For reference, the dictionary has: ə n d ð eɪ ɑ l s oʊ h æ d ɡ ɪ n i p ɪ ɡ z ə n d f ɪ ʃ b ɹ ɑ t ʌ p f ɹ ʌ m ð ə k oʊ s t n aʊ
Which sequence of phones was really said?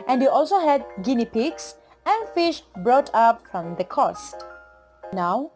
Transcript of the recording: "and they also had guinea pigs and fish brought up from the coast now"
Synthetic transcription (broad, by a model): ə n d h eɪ ɑ l s oʊ h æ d ɡ ɪ n i p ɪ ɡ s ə n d f ɪ ʃ b ɹ ɑ t ʌ p f ɹ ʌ m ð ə k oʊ s t n aʊ